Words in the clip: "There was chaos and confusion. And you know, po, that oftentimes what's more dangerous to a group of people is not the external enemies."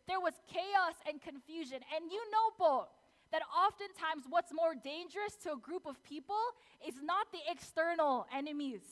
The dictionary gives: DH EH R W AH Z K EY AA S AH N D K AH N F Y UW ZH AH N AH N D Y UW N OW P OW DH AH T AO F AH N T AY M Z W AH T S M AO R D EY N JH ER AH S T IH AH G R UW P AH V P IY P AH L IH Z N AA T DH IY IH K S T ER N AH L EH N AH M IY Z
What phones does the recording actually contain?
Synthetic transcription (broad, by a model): DH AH R W AH Z K EY AA S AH N K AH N F Y UW ZH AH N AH N Y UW N OW B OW DH AH T AO F AH N T AY M Z W AH T S M AO R D EY N JH ER AH S T IH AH G R UW P AH V P IY P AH L IH Z N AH T DH IY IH K S T ER N L EH N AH M IY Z